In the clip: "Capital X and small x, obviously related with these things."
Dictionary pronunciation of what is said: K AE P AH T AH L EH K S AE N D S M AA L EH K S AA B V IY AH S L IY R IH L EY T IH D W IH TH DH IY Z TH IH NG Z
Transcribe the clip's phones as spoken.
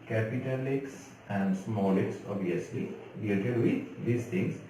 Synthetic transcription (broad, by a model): K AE P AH T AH L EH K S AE N D S M AA L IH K S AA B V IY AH S L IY L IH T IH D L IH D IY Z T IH NG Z